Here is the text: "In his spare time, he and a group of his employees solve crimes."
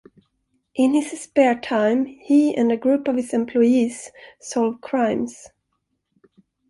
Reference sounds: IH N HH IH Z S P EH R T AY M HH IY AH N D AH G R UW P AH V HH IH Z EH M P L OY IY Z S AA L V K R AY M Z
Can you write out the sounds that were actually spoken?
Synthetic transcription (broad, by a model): IH N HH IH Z S P EH R T AY M HH IY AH N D AH G R UW P AH V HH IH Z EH M P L OY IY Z S AA L V K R AY M S